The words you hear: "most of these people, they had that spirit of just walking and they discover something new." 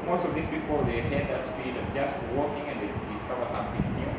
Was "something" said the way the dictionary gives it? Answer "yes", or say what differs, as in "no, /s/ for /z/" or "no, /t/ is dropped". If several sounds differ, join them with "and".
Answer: no, /t/ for /θ/